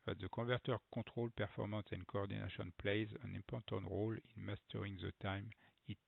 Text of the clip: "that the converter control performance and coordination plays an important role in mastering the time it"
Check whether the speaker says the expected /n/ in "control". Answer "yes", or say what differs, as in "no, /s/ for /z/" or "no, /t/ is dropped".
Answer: no, /n/ is dropped